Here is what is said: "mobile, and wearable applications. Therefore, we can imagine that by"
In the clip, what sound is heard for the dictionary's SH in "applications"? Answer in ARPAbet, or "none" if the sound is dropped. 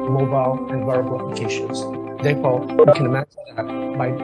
SH